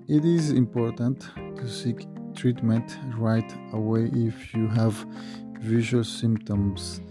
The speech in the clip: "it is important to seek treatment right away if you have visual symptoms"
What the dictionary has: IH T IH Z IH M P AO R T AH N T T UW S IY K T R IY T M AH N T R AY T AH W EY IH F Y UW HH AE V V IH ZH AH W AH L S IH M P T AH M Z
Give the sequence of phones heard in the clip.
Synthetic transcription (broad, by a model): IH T IH Z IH M P AO R T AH N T T UW S IY K T R IY T M AH N T R AY T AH W EY IH F Y UW HH AE V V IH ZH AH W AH L S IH M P T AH M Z